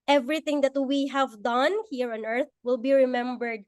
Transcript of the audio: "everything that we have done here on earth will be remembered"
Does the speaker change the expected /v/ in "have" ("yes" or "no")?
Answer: no